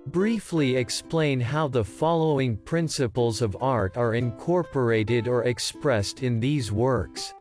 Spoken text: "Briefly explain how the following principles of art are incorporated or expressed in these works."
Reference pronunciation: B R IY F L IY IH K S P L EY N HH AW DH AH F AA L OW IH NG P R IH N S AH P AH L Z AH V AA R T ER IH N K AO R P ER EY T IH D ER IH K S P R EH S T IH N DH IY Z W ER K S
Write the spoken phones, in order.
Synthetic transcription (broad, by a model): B R IY F L IY IH K S P L EY N HH AW DH AH F AA L OW IH NG P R IH N S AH P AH L Z AH V AA R T ER IH N K AO R P ER EY T IH D ER IH K S P R EH S T IH N DH IY Z W ER K S